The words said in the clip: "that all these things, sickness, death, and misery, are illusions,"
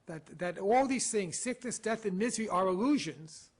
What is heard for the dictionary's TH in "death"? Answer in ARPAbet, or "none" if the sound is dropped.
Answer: TH